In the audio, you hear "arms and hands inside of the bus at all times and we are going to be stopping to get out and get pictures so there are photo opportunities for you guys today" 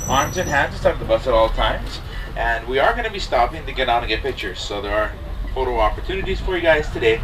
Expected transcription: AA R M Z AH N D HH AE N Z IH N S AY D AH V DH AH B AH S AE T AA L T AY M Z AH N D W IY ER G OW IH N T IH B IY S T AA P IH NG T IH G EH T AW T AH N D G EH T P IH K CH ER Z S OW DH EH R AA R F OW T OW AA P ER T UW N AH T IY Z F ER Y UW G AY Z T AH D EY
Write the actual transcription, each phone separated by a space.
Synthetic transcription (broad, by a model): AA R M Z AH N HH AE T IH S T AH P DH AH B AH S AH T AA L T AY M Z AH N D W IY ER G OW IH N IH B IY S T AA P IH NG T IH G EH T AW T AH G EH T P IH K CH ER Z S OW DH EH R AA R F OW T OW AA P ER T UW N AH T IY Z F ER Y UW G AY Z T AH D EY